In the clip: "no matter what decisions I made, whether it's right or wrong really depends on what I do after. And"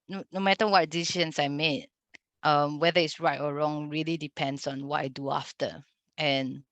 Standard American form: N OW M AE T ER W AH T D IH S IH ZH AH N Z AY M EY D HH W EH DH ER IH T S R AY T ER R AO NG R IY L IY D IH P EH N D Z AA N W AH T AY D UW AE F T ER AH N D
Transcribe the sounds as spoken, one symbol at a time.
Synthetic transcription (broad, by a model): N OW M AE T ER W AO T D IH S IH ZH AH N S AY M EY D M W EH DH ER IH T S R AY T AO R AO NG R IY L IY D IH P EH N D S AA N W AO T AY D UW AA F T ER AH N